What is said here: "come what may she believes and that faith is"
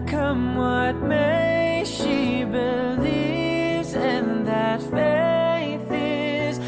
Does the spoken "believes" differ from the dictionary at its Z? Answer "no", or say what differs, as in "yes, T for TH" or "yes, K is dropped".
no